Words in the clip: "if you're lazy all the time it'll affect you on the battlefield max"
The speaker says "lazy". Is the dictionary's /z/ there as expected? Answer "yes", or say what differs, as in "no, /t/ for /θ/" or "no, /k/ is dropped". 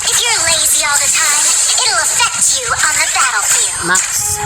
yes